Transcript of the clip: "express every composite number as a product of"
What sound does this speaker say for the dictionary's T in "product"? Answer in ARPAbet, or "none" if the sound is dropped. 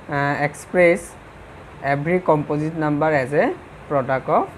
none